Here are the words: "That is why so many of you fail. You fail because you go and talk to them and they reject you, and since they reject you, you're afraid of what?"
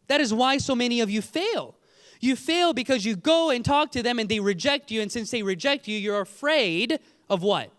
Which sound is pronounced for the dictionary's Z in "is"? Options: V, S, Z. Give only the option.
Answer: Z